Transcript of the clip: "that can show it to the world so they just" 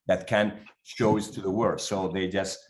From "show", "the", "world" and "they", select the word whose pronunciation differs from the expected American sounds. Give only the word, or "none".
world